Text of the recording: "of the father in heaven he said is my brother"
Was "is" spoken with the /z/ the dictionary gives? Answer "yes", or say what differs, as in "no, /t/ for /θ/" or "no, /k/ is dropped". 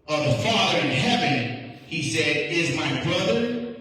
yes